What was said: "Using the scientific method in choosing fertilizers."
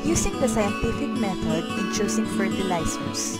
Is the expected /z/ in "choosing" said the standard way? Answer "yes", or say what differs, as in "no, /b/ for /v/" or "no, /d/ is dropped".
no, /s/ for /z/